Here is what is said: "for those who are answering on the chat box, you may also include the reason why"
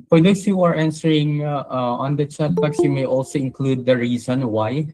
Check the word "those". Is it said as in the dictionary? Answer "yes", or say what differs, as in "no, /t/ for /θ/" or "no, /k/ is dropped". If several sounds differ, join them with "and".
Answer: no, /s/ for /z/